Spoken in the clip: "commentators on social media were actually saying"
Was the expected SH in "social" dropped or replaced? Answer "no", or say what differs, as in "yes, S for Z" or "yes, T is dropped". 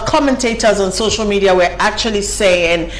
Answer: no